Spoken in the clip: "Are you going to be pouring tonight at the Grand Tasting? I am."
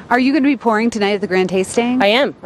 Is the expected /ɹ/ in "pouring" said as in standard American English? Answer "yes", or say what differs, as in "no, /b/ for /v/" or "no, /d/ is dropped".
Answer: yes